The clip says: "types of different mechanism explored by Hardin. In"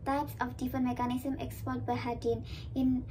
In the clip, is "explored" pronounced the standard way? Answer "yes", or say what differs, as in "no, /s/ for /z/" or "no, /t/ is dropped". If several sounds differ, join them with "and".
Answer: no, /l/ is dropped